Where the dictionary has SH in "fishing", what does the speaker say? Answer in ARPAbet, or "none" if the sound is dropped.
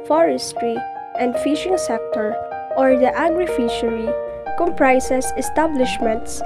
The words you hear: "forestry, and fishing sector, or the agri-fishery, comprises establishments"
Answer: SH